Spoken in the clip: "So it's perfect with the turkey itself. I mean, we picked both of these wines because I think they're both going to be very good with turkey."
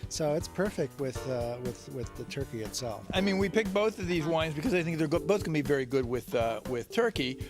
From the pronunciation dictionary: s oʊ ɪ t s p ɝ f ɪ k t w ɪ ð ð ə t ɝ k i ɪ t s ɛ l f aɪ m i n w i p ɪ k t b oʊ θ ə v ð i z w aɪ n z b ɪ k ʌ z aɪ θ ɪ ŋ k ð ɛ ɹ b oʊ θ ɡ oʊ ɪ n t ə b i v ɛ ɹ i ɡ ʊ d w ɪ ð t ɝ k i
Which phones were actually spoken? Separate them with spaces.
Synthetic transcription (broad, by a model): s oʊ ɪ t s p ɝ f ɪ k t w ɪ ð ð ə t ɝ k i ɪ t s ɛ l f aɪ m i n w i p ɪ k b oʊ θ ə v ð i z w aɪ n z b ɪ k ʌ z aɪ θ ɪ ŋ k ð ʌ ɹ b oʊ θ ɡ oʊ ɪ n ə b i v ɛ ɹ i ɡ ʊ d w ɪ ð t ɝ k i